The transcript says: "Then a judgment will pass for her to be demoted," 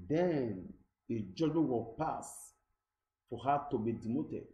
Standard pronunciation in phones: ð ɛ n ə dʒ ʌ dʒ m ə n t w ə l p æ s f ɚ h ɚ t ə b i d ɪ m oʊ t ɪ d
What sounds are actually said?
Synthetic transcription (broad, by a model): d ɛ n ə dʒ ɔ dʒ ə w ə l p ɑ s f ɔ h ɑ t ə b i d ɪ m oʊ t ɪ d